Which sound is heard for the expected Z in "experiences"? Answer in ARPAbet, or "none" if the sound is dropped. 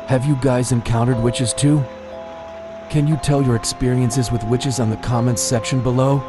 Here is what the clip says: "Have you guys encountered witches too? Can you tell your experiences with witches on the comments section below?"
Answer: Z